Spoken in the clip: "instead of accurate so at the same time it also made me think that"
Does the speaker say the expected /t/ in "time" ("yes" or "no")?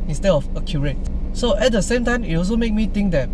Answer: yes